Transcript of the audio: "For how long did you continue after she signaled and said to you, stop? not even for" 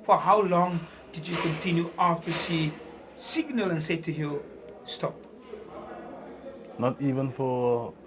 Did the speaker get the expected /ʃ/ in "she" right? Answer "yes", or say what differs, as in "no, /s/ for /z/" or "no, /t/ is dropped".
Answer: no, /s/ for /ʃ/